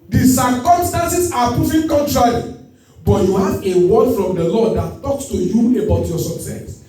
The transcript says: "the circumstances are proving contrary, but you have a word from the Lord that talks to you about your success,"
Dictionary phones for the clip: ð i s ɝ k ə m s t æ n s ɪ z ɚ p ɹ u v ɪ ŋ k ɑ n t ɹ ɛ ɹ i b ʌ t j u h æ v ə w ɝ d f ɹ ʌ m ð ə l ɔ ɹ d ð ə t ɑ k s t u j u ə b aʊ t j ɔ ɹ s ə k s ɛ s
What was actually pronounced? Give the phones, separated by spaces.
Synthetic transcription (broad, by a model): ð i s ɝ k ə m s t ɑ n s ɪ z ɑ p ɹ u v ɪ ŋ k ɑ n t ɹ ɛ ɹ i b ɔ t j u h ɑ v ə w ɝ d f ɹ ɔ m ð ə l ɔ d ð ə t ɑ k s t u j u ə b aʊ t j ɔ s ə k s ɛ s